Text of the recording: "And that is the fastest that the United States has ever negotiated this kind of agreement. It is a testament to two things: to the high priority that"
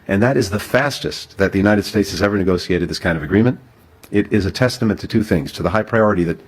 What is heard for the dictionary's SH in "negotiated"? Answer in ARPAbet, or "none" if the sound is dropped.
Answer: S